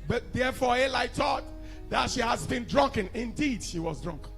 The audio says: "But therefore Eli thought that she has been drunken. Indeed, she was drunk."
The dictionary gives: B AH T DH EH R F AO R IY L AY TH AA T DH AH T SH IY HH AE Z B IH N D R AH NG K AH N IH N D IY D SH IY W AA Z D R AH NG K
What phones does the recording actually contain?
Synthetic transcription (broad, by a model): B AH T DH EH F AO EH L AY T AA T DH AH T SH IY HH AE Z B IH N D R AH NG K AH N IH N D IY D SH IY W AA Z D R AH NG K